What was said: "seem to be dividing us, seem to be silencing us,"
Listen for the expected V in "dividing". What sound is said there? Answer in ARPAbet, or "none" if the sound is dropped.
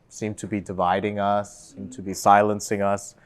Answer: V